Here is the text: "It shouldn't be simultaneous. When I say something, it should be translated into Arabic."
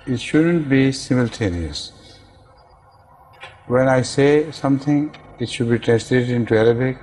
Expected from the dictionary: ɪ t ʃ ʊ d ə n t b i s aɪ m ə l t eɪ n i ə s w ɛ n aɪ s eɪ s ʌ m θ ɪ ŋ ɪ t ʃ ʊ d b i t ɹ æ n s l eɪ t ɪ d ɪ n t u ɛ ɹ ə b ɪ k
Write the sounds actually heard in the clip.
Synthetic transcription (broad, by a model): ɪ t ʃ ʊ d ə n t b i s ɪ m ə l t eɪ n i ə s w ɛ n aɪ s eɪ s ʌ m t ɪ ŋ ɪ t ʃ ʊ d b i t ɹ æ n s l eɪ t ɪ d ɪ n t u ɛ ɹ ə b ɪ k